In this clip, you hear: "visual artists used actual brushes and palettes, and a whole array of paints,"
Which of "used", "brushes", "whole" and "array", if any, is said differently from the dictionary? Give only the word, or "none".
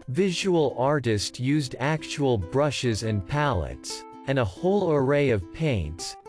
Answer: none